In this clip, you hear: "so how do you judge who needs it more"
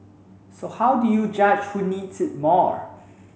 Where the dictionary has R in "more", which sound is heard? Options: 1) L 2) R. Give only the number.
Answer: 2